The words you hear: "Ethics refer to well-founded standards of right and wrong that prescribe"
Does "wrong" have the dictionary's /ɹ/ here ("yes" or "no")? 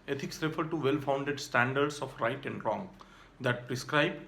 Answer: yes